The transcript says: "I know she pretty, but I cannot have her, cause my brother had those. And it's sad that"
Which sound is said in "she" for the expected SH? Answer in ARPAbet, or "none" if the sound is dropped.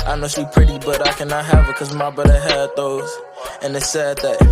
S